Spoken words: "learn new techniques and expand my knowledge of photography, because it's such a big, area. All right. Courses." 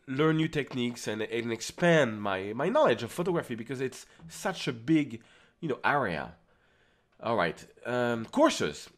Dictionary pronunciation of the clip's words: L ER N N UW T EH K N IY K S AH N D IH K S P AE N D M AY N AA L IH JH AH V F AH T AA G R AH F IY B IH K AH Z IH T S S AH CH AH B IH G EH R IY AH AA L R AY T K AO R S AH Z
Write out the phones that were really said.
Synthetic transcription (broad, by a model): L ER N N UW T EH K N IY K S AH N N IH K S P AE N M M AY N AA L IH JH AH V F AH T AA G R AH F IY B IH K AH Z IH T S S AH CH AH B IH G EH R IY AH AA L R AY T K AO R S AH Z